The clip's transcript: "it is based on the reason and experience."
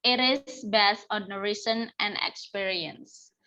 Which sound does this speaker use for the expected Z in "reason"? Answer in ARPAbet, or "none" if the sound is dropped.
S